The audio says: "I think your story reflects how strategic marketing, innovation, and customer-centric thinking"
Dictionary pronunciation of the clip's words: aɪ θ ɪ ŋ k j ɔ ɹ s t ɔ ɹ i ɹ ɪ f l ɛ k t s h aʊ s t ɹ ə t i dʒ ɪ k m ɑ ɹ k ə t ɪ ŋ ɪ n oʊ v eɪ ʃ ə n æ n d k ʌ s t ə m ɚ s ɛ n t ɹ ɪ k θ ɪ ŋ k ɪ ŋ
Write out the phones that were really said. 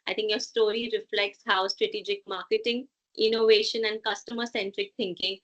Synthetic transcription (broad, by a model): aɪ t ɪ ŋ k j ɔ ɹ s t ɔ ɹ i ɹ ɪ f l ɛ k t s h aʊ s t ɹ ə t i dʒ ɪ k m ɑ ɹ k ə t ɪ ŋ ɪ n oʊ v eɪ ʃ ə n æ n d k ʌ s t ə m ɚ s ɛ n t ɹ ɪ k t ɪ ŋ k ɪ ŋ